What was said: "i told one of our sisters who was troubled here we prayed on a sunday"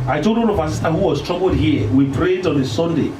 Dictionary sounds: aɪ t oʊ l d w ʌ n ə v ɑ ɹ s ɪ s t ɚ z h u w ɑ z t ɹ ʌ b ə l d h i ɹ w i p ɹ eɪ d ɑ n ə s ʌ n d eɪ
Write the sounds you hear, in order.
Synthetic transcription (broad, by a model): aɪ t oʊ l d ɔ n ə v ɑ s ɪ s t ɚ h u w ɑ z t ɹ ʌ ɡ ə l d h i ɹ w i p ɹ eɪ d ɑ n ə s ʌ n d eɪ